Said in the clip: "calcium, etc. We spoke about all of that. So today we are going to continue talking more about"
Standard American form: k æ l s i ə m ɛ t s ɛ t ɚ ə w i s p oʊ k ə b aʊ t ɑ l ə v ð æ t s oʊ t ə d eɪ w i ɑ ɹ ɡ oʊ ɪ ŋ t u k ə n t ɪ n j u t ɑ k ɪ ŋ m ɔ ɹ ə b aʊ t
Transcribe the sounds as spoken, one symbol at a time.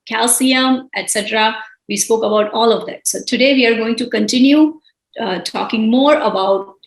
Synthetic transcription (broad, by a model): k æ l s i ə m ɛ t s ɛ t ɚ ə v i s p oʊ k ə b aʊ t ɑ l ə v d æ t s oʊ t ə d eɪ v i ɑ ɹ ɡ oʊ ɪ ŋ t u k ə n t ɪ n j u t ɑ k ɪ ŋ m ɔ ɹ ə b aʊ t